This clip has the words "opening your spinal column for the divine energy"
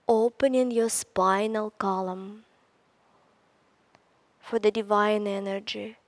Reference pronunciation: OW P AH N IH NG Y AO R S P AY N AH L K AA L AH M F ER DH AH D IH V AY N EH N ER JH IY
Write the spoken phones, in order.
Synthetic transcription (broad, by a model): OW P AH N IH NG Y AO S P AY N AH L K AA L AH M F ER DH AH D IH V AY N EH N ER JH IY